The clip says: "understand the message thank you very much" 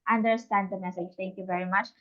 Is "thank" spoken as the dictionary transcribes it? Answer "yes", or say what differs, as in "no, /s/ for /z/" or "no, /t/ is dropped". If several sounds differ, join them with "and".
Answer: no, /t/ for /θ/